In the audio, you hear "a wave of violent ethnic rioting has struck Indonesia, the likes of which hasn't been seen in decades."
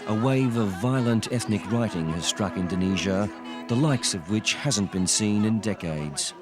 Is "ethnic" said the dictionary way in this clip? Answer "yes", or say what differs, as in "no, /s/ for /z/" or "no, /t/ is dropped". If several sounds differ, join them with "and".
yes